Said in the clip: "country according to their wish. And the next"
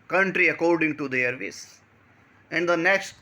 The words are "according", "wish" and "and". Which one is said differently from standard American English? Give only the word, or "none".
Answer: wish